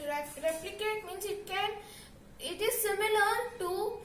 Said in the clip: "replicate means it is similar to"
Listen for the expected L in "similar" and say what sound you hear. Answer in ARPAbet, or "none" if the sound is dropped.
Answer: L